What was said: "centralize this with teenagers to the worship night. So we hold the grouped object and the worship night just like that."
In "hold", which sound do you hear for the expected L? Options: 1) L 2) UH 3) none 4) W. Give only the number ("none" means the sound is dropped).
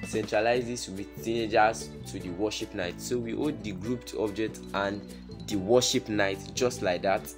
3